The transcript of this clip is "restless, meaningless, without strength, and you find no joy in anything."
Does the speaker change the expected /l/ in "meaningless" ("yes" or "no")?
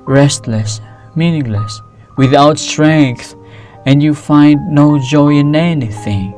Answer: no